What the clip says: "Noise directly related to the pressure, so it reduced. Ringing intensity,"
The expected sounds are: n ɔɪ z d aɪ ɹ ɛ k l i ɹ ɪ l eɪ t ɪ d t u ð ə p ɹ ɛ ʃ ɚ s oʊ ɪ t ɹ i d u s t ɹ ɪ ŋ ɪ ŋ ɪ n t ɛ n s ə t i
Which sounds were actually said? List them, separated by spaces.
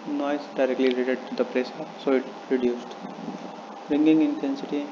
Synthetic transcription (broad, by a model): n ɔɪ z d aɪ ɹ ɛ k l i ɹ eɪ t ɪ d t u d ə p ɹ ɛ s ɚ s oʊ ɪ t ɹ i d u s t ɹ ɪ ŋ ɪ ŋ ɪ n t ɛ n s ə t i